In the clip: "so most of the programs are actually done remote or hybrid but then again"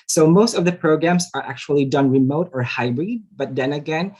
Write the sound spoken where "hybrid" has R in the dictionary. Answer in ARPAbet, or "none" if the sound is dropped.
R